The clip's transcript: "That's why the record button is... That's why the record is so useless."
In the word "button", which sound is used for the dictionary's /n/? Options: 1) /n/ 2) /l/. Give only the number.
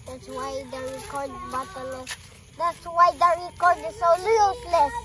2